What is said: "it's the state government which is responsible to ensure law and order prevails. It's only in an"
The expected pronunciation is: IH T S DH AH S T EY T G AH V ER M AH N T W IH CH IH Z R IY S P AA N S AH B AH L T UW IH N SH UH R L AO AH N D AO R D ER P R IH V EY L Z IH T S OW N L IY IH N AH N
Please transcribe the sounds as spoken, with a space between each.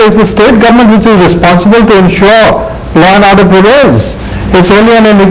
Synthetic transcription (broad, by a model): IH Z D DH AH S T EY T G AH V ER M AH N T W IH CH IH Z R IY S P AA N S AH B AH L T UW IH N SH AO R L AO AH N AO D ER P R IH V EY Z IH T S OW N L IY IH N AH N